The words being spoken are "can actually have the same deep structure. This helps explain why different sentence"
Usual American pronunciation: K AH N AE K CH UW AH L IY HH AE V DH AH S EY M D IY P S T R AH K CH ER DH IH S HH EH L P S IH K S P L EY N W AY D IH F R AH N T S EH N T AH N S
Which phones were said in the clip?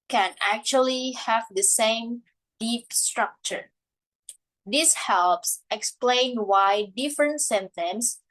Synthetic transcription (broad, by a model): K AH N AE K CH UW AH L IY HH AE V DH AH S EY M D IY P S T R AH K CH ER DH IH S HH EH L P S IH K S P L EY N W AY D IH F R AH N T S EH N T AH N S